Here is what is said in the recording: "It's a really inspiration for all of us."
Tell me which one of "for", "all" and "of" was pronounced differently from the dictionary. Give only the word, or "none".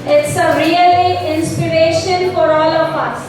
of